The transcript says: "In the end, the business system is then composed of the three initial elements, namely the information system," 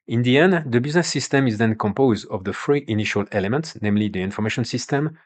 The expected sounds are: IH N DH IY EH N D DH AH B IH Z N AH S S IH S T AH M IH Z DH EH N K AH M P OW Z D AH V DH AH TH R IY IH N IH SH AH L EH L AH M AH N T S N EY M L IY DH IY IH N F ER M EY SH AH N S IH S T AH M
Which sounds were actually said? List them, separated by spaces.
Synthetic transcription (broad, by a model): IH N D IY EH N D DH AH B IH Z N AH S S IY S T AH M IH Z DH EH N K AH M P OW Z D AH V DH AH F R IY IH N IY SH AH L EH L AH M AH N T S N EY M L IY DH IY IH N F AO M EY SH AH N S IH S T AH M